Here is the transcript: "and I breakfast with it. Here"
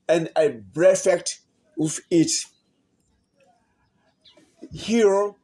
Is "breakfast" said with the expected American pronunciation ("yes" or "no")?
no